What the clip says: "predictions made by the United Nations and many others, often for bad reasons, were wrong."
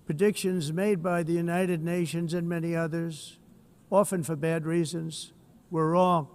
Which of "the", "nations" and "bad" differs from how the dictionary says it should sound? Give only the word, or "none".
none